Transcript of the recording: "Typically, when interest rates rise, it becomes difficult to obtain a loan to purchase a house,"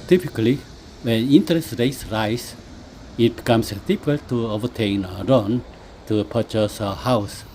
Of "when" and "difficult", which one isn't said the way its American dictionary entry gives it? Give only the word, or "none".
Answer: difficult